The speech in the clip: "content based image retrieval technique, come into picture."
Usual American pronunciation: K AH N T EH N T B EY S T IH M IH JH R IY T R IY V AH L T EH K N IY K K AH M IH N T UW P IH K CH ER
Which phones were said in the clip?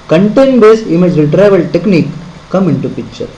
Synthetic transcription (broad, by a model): K AH N T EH N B EY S IH M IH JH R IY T R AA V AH L T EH K N IY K K AH M IH N T UW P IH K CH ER